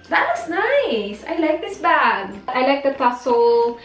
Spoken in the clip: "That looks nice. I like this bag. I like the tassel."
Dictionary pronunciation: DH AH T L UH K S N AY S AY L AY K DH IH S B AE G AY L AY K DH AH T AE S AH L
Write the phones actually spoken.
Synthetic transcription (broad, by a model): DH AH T W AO S N AY S AY L AY K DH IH S B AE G AY L AY K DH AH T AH S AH L